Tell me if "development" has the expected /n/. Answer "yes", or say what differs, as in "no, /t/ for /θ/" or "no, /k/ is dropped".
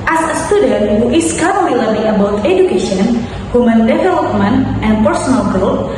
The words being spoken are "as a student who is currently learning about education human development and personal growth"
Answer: yes